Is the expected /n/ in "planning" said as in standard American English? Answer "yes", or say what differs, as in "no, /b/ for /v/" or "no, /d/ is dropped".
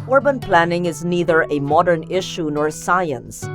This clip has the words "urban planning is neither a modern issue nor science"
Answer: yes